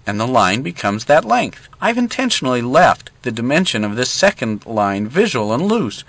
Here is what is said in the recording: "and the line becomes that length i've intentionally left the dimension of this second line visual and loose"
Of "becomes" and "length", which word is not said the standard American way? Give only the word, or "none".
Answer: none